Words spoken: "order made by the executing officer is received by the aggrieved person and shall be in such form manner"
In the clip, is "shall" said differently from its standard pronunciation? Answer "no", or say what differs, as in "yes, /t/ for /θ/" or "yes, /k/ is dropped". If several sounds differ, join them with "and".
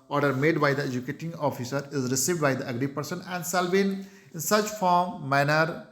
yes, /s/ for /ʃ/